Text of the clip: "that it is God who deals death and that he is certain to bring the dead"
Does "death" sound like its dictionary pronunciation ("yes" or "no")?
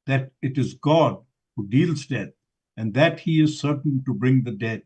no